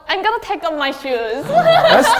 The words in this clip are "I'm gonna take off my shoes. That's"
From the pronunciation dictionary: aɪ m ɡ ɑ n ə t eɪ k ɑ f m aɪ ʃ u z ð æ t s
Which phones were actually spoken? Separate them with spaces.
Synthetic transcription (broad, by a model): aɪ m ɡ ɑ n ə t eɪ k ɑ p m aɪ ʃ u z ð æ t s